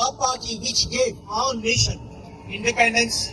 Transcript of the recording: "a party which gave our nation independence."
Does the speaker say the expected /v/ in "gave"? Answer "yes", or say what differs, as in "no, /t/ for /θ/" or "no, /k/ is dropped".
no, /v/ is dropped